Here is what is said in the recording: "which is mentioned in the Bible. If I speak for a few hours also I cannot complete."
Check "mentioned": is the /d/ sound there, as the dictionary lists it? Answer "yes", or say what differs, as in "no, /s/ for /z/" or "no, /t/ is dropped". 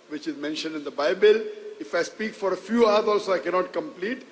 yes